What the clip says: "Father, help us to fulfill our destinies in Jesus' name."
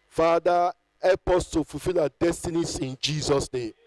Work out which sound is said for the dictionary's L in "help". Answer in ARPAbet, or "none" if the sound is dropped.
none